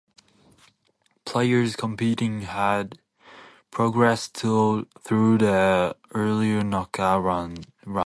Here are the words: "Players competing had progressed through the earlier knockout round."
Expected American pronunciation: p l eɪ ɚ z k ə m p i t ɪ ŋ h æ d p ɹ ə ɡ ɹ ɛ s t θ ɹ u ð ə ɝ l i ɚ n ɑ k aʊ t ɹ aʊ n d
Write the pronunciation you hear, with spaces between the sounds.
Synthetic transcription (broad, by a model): p l eɪ ɚ z k ə m p i t ɪ ŋ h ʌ d p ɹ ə ɡ ɹ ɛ s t θ ɹ u ð ə ɝ l i ɚ n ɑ k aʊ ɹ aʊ